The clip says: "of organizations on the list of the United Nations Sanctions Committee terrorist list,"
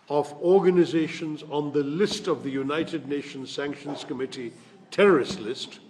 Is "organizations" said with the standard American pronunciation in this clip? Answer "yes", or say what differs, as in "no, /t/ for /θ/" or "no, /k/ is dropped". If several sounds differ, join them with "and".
yes